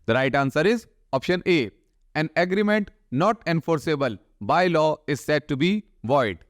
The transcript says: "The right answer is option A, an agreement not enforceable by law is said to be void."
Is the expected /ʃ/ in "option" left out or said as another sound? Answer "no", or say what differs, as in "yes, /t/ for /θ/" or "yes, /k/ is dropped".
no